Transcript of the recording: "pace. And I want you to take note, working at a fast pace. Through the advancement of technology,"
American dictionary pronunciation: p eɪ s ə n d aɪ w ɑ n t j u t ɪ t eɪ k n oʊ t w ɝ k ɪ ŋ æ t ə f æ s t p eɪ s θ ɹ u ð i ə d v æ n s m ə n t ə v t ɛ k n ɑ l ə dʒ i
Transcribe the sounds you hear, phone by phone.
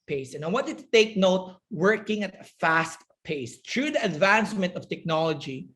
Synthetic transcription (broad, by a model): p eɪ s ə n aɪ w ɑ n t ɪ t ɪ t eɪ k n oʊ t w ɝ k ɪ ŋ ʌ t ə f æ s t p eɪ s t ɹ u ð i ə d v æ n s m ə n t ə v t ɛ k n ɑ l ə dʒ i